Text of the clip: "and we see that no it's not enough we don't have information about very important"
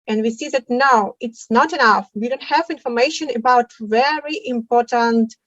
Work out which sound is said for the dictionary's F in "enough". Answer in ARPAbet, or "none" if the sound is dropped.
F